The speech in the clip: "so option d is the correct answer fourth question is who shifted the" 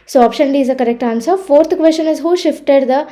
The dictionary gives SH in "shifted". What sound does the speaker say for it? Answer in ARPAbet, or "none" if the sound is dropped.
SH